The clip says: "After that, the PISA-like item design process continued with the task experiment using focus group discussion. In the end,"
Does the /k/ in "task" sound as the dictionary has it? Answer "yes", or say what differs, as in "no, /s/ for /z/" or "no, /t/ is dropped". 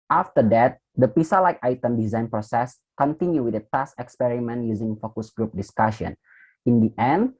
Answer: no, /k/ is dropped